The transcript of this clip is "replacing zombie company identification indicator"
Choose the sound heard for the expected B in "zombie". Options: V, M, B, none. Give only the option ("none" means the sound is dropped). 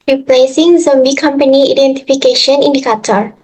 B